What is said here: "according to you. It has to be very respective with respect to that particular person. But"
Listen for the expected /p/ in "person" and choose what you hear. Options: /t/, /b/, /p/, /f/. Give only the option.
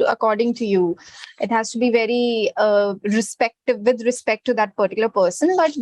/p/